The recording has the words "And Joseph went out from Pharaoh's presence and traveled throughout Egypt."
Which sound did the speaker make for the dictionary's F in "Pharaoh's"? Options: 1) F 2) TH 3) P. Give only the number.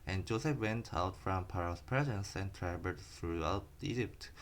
3